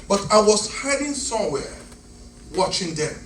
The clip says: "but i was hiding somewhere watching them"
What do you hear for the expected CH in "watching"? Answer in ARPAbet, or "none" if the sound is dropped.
CH